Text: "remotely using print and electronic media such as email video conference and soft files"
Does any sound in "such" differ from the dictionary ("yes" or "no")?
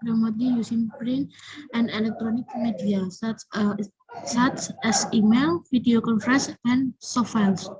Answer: yes